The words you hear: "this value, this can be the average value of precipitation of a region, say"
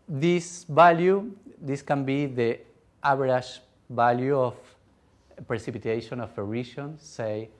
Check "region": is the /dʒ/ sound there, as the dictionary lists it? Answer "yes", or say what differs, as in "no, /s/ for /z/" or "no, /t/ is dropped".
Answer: no, /ʃ/ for /dʒ/